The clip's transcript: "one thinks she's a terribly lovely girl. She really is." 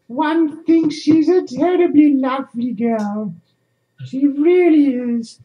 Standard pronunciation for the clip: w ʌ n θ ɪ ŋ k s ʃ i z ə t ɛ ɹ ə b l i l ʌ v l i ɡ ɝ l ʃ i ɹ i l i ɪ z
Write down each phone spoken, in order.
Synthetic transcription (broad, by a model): w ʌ n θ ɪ ŋ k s ʃ i z ə t ɛ ɹ ə b l i l ʌ v l i ɡ ɝ l ʃ i ɹ i l i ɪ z